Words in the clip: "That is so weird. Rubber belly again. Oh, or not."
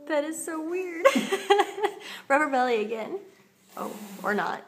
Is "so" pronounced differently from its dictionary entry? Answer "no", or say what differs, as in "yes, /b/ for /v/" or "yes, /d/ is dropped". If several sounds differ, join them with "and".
no